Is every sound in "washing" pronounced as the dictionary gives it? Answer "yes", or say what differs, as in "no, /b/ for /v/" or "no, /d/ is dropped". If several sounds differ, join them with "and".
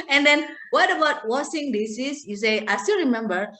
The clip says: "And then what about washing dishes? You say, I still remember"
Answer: no, /s/ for /ʃ/